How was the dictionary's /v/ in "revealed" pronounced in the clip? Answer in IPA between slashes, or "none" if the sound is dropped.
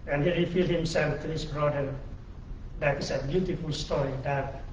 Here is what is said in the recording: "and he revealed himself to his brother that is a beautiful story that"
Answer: /f/